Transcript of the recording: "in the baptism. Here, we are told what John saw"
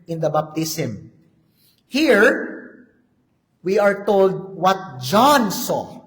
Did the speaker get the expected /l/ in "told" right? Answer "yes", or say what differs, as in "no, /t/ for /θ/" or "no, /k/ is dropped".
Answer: yes